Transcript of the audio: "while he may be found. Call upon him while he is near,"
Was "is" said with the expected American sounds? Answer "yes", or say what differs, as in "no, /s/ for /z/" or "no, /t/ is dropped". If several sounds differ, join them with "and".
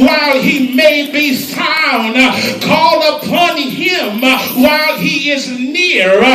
yes